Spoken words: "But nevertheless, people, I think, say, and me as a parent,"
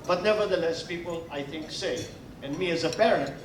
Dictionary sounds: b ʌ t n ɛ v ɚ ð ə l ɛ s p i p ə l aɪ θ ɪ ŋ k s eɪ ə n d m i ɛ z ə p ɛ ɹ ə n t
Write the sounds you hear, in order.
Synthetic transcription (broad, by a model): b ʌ t n ɛ v ɚ ð ə l ɛ s p i p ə l aɪ θ ɪ ŋ k s eɪ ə n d m i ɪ z ə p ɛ ɹ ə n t